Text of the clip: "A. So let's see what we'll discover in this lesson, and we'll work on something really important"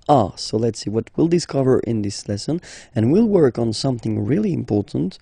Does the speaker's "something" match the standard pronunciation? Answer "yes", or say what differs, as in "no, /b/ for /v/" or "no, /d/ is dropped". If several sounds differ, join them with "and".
yes